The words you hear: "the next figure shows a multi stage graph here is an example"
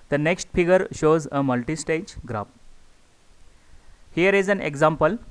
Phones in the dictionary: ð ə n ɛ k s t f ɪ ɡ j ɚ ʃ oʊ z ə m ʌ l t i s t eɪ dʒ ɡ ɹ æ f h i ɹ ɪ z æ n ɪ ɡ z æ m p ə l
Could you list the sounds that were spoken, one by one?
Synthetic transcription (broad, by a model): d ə n ɛ k s t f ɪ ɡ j ɚ ʃ oʊ z ə m ʌ l t i s t eɪ dʒ ɡ ɹ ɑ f h i ɹ ɪ z æ n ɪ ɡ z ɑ m p ə l